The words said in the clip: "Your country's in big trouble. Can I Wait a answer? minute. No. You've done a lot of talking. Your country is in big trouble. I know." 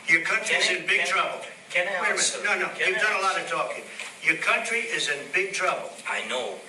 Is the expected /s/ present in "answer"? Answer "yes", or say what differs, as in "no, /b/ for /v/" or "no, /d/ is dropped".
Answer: no, /s/ is dropped